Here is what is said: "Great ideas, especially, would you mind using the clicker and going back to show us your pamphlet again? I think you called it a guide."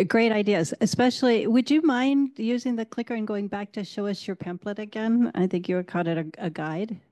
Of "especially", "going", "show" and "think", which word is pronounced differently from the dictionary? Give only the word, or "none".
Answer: none